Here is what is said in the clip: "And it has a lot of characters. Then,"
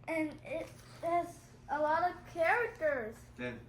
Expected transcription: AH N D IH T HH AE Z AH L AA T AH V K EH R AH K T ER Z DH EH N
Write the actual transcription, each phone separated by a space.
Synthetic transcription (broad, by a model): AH N IH T HH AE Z AH L AA T AH V K EH R AH K T ER Z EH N